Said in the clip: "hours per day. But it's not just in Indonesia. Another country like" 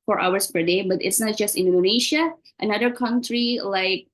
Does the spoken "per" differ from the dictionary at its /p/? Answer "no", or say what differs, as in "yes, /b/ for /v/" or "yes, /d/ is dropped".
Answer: no